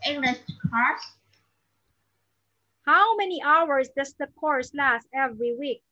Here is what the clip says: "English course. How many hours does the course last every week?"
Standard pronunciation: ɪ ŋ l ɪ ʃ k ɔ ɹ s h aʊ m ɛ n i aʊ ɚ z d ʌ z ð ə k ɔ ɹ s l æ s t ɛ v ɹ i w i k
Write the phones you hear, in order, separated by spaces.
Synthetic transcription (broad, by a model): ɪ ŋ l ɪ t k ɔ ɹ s h aʊ m ɛ n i aʊ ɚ s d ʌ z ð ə k ɔ ɹ s l æ s t ɛ v ɹ i w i k